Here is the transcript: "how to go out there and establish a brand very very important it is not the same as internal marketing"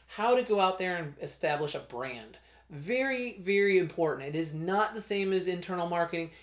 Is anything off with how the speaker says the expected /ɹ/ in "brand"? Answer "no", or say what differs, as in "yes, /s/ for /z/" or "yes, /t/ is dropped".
no